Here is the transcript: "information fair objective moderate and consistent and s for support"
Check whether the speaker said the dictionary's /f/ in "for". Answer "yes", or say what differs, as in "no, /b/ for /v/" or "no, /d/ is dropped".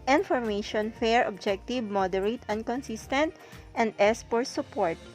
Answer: no, /p/ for /f/